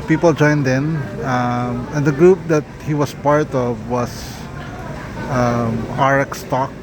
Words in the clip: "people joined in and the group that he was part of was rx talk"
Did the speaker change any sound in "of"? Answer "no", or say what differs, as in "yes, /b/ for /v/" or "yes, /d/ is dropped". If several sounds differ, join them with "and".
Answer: no